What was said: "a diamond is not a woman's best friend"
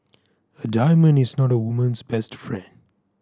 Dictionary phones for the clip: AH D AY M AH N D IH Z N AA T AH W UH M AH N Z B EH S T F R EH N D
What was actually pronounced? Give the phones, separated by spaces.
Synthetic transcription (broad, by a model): AH D AY M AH N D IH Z N AA T AH W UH M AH N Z B EH S T F R EH N D